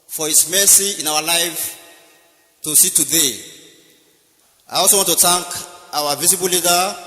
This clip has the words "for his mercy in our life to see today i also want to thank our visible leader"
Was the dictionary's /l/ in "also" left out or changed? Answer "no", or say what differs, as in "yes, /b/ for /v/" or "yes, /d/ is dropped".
yes, /w/ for /l/